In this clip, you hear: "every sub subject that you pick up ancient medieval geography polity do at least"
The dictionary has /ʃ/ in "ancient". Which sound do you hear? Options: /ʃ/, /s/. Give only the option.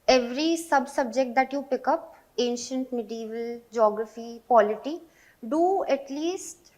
/ʃ/